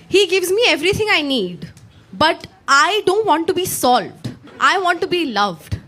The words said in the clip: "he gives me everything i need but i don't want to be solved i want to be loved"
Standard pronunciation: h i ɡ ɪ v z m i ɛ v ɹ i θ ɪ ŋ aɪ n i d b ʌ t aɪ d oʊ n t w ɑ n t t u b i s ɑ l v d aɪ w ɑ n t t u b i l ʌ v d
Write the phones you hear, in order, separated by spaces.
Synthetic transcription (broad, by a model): h i ɡ ɪ v z m i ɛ v ɹ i t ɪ ŋ aɪ n i d b ʌ t aɪ d oʊ n t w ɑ n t t u b i s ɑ l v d aɪ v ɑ n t t u b i l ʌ v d